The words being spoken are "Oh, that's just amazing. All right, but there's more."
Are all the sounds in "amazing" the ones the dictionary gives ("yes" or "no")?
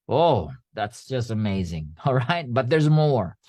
yes